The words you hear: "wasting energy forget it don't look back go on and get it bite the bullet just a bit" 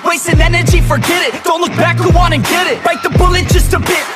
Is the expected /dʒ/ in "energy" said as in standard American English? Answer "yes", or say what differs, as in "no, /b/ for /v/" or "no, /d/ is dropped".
yes